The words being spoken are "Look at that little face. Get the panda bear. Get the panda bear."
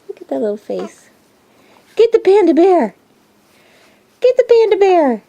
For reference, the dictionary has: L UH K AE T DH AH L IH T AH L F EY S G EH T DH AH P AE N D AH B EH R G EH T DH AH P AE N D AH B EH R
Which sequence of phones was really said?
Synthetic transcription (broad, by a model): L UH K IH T DH AH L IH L F EY S G EH T DH AH P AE N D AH B EH R G EH T DH AH P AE N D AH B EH R